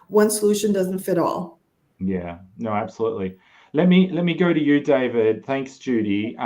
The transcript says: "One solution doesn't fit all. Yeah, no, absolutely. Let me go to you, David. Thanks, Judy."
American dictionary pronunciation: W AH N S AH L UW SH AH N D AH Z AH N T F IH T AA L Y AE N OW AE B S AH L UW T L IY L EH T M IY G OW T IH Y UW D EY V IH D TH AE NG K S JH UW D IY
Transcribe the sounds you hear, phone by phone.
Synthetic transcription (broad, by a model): W AH N S AH L UW SH AH N D AH Z N T F IH T AA L Y AE N OW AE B S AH L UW T L IY L EH T M IY G OW T IH Y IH D EY V IH D TH AE NG K S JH UW D IY